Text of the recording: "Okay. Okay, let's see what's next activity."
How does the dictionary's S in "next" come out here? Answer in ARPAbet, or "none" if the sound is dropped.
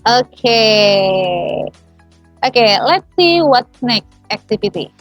none